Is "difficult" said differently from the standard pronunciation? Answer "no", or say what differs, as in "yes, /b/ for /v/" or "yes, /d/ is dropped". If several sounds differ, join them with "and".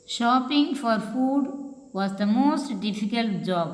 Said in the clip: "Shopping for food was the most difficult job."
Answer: no